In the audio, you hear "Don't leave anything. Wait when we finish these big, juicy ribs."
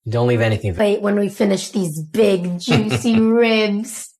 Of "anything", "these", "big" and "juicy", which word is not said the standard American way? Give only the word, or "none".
none